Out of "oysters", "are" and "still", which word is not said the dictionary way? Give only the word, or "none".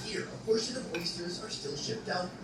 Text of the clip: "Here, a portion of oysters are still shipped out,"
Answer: none